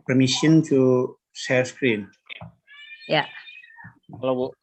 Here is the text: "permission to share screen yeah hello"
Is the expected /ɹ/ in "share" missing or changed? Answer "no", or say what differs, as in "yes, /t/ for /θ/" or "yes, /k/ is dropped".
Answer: yes, /l/ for /ɹ/